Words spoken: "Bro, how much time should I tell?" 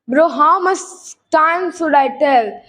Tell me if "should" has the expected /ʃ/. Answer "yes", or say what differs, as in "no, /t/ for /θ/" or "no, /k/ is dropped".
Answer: no, /s/ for /ʃ/